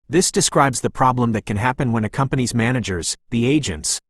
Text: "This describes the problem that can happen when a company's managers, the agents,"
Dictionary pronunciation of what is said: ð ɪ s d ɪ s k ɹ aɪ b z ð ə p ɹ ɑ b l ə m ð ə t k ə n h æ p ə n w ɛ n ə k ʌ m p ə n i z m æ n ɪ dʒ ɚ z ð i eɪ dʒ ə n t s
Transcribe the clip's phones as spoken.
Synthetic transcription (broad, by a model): ð ɪ s d ɪ s k ɹ aɪ b z ð ə p ɹ ɑ b l ə m ð ə t k ə n h æ p ə n w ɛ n ə k ʌ m p ə n i z m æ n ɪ dʒ ɚ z ð i eɪ dʒ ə n t s